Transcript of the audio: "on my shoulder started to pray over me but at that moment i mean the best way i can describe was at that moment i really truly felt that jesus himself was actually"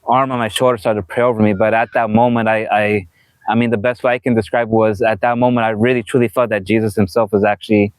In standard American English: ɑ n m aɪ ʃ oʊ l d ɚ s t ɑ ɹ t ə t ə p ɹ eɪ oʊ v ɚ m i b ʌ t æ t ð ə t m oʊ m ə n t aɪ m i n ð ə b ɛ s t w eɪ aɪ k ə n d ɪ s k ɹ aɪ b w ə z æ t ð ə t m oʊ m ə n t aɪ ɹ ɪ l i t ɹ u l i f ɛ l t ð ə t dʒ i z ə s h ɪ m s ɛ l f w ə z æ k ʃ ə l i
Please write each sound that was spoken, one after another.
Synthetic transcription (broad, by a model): ɑ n m aɪ ʃ oʊ l d ɚ s t ɑ ɹ t ə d p ɹ eɪ oʊ v ɚ m i b ʌ t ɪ t ð ə t m oʊ m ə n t aɪ m i n ð ə b ɛ s t w eɪ aɪ k ə n d ɪ s k ɹ aɪ b w ə z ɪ t ð ə t m oʊ m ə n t aɪ ɹ ɪ l i t ɹ u l i f ɛ l t ð ə t dʒ i z ə s h ɪ m s ɛ l f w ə z æ k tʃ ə l i